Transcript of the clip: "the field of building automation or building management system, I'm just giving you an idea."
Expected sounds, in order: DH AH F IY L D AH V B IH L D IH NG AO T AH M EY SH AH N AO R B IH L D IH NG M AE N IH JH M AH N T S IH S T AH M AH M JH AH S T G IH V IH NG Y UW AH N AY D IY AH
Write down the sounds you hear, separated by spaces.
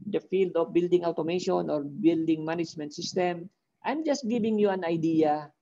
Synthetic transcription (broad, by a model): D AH F IY L D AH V B IH L D IH NG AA T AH M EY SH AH N AO R B IH L D IH NG M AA N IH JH M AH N T S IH S T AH M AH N JH AH S T G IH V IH NG Y UW AH N AY D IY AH